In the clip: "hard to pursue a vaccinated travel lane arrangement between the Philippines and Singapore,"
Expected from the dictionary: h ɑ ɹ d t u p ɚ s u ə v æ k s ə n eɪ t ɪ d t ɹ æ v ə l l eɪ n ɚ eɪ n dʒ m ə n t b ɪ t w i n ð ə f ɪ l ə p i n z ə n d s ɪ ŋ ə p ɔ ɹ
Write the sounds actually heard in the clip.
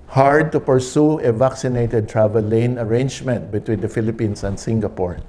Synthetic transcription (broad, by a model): h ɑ ɹ d t u p ɚ s u ə v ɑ k s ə n eɪ t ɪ d t ɹ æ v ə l l eɪ n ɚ eɪ n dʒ m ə n t b ɪ t w i n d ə f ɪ l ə p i n s ə n d s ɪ ŋ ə p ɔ ɹ